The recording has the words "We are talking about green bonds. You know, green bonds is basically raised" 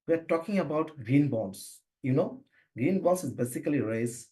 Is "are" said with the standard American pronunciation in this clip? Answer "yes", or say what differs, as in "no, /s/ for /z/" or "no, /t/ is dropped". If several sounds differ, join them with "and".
yes